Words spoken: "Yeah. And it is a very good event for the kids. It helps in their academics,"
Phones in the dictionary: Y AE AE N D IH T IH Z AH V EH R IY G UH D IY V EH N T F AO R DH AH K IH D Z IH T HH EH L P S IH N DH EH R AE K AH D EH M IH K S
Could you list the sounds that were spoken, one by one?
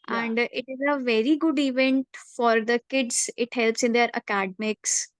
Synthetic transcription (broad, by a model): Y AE AE N D IH T IH Z AH V EH R IY G UH D IY V EH N T F AO R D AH K IH D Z IH T HH EH L P S IH N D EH R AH K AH D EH M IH K S